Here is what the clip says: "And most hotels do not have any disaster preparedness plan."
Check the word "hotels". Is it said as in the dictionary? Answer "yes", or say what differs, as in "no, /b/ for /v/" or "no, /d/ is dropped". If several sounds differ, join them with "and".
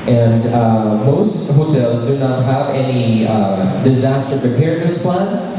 yes